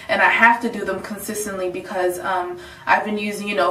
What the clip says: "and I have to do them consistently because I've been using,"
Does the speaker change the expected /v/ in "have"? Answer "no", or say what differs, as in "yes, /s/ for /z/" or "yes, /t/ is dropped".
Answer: yes, /f/ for /v/